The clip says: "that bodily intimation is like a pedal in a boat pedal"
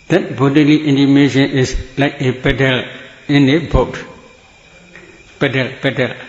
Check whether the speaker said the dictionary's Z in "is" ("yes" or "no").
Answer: no